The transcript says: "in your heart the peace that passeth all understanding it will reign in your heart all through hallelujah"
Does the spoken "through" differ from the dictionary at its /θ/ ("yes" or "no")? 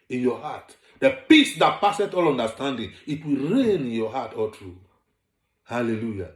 yes